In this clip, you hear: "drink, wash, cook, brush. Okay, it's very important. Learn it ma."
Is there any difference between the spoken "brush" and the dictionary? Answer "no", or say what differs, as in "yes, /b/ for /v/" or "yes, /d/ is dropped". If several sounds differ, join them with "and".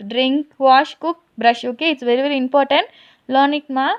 no